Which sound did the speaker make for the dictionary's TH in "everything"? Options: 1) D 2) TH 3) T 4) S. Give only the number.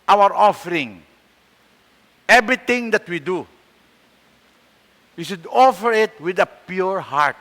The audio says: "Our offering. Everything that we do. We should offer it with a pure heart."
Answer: 3